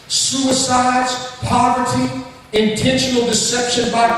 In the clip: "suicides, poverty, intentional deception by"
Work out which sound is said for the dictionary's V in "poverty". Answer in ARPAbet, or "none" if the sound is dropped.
V